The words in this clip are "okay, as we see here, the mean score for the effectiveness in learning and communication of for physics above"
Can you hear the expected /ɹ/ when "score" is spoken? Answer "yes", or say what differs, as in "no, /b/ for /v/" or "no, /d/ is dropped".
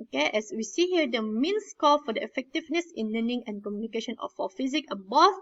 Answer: no, /l/ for /ɹ/